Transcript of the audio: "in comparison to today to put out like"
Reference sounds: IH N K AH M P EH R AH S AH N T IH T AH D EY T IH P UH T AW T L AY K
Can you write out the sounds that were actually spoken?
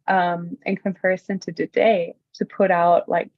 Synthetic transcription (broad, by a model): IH N K AH M P EH R AH S AH N T IH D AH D EY T IH P UH T AW T L AY K